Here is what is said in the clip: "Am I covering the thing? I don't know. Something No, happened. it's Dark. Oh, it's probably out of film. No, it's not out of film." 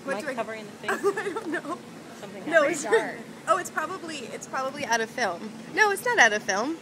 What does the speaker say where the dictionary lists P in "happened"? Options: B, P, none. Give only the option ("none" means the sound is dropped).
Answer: none